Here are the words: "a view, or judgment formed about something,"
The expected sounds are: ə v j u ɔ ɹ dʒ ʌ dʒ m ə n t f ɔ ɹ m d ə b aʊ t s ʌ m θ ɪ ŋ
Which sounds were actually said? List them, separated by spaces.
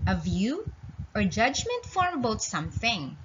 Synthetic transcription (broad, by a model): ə v j u ɔ ɹ dʒ ʌ dʒ m ə n t f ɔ ɹ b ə ʊ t s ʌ m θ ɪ ŋ